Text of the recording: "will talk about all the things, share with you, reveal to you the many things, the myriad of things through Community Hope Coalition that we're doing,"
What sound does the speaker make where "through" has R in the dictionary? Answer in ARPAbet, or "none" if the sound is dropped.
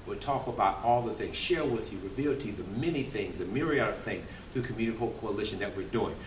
R